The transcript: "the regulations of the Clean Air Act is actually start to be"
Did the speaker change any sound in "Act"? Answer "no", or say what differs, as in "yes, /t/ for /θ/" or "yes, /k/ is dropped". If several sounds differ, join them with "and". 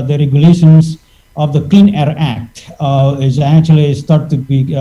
no